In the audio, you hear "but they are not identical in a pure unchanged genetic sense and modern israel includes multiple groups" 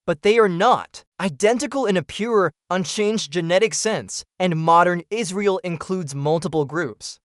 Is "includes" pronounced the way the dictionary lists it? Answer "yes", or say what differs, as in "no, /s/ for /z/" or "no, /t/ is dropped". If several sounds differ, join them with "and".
yes